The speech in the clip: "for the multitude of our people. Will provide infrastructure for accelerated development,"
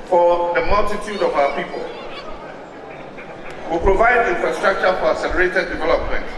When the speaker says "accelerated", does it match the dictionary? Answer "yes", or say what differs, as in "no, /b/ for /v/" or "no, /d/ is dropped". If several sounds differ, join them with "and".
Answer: no, /k/ is dropped